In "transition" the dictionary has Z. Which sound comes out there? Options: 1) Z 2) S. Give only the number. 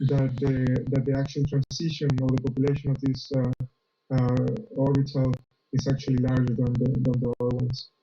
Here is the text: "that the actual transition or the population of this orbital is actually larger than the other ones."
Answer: 2